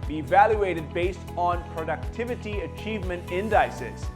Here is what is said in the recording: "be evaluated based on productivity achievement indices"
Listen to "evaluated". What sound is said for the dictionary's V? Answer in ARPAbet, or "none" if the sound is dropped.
V